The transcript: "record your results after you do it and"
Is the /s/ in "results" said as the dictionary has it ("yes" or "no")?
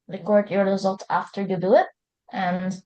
no